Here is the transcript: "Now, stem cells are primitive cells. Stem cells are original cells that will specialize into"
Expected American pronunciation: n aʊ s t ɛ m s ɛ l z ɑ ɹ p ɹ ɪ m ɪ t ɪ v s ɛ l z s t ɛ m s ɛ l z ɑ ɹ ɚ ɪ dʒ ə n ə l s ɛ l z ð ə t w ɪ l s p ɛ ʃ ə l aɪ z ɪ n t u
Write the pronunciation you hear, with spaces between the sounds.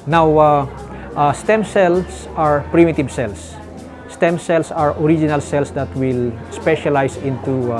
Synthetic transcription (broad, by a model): n aʊ s t ɛ m s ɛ l s ɑ ɹ p ɹ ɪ m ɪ t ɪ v s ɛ l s s t ɛ m s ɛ l s ɑ ɹ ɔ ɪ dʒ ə n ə l s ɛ l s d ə t w ɪ l s p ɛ ʃ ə l aɪ s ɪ n t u